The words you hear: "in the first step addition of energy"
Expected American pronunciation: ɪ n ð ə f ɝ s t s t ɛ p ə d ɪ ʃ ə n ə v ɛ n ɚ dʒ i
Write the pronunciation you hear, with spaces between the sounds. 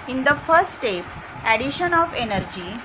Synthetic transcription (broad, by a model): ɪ n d ə f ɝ t s t ɛ p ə d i ʃ ə n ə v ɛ n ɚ dʒ i